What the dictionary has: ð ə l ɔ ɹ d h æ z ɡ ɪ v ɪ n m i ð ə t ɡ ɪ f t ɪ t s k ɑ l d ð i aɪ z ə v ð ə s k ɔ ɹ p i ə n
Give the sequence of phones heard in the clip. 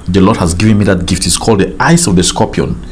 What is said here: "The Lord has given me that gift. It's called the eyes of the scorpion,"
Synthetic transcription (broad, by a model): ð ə l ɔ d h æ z ɡ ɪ v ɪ n m i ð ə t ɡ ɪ f t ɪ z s k ɑ l d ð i aɪ s ə v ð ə s k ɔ p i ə n